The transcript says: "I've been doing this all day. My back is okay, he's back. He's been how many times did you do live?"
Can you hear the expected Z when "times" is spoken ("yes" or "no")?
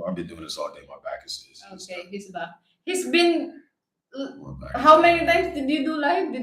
no